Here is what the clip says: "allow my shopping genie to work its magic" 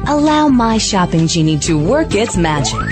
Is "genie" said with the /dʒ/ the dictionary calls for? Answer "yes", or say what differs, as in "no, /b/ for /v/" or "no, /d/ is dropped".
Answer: yes